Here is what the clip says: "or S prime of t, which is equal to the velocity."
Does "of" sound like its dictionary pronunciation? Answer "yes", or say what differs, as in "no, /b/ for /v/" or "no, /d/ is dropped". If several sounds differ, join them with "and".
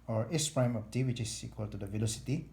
no, /p/ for /v/